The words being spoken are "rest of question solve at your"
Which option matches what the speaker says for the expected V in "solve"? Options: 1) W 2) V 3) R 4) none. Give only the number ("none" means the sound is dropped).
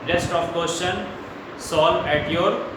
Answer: 4